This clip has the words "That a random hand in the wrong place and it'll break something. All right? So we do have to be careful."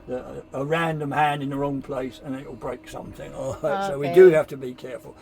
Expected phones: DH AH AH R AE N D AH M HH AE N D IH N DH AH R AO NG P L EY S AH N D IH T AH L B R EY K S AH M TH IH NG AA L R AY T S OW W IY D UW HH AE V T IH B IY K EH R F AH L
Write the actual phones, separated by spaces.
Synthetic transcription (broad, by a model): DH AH AH R AE N D AH M HH AE N D IH N DH AH R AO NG P L EY S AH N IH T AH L B R EY K S AH M TH IH NG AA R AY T S OW W IY D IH HH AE F T IH B IY K EH R F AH L